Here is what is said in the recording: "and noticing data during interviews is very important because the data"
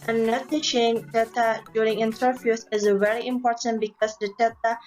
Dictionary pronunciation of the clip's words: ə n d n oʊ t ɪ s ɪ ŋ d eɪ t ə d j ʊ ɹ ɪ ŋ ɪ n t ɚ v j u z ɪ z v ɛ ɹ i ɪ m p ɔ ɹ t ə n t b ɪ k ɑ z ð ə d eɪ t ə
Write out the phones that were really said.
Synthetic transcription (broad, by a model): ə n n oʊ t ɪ ʃ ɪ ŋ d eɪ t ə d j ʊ ɹ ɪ ŋ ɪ n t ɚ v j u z ɪ z v ɛ ɹ i ɪ m p ɔ ɹ t ə n t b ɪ k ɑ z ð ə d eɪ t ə